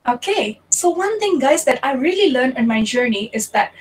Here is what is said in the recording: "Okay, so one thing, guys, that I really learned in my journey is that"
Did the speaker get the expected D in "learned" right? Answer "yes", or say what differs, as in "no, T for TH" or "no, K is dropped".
no, D is dropped